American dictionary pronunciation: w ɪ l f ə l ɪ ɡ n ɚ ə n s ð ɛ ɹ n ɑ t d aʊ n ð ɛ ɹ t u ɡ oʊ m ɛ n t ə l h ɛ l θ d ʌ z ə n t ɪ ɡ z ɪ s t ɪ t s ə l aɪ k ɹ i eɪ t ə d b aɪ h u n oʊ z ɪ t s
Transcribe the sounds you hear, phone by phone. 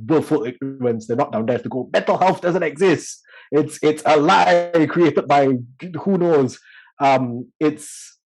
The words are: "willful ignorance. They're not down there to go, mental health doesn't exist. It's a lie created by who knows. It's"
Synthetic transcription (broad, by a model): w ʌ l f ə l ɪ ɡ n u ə n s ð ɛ n ɑ t d aʊ n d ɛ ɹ t u ɡ oʊ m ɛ t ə l h ɛ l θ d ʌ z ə n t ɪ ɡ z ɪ s t ɪ t s ə l aɪ k ɹ i eɪ t ə d b aɪ h u n oʊ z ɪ t s